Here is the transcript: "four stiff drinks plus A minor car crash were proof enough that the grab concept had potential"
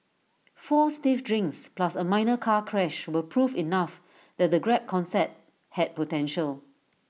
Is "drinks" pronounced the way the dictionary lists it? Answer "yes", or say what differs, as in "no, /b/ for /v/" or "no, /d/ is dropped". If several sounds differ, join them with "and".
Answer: yes